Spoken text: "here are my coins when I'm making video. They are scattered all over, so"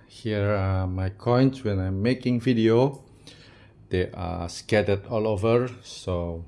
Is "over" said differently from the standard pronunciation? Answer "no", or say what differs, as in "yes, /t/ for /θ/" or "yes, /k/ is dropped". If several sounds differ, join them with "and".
no